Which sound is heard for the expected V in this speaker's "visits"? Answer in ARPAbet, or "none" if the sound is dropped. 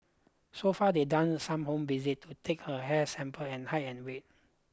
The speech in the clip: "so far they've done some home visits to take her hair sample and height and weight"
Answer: B